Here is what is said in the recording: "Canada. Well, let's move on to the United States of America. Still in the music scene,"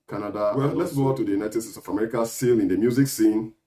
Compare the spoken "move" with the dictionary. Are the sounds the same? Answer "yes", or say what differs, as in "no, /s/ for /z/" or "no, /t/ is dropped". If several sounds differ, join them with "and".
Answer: no, /v/ is dropped